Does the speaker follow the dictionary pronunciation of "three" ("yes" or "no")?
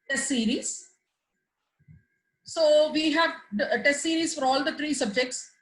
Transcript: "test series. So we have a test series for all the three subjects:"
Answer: no